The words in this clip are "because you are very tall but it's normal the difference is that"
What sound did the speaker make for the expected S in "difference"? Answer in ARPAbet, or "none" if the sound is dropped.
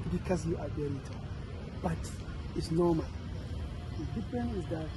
none